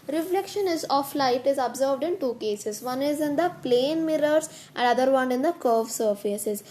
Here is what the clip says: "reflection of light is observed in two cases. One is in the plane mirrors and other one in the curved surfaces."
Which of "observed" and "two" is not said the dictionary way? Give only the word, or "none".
none